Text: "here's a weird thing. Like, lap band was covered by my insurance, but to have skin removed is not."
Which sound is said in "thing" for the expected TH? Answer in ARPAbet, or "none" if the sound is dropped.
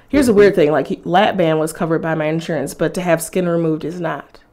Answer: TH